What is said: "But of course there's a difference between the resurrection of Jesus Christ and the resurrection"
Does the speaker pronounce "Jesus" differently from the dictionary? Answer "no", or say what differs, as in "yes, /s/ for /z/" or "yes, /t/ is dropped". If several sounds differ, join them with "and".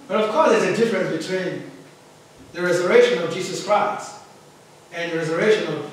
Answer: no